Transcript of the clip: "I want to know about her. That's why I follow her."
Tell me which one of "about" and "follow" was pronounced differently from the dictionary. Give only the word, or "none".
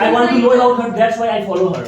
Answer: about